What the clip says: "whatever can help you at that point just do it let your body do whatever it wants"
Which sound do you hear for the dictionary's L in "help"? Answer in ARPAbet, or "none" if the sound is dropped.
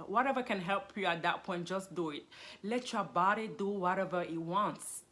L